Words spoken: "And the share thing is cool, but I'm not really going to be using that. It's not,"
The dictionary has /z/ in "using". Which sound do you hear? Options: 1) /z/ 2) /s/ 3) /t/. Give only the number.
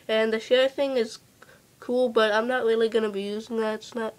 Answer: 1